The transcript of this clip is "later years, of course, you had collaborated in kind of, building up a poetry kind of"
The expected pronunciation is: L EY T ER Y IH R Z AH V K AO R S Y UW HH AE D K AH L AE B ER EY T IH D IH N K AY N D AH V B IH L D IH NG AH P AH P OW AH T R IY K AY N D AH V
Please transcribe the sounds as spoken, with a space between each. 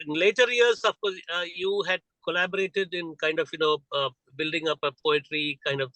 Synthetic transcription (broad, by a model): L EY T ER Y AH R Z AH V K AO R Y UW HH AE D K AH L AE B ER EY T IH D IH N K AY N D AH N B IH L D IH NG AH P AH P OW AH T R IY K AY N D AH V